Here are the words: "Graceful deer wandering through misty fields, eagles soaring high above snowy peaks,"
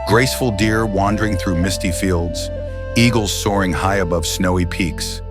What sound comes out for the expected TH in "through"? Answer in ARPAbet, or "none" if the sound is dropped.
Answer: TH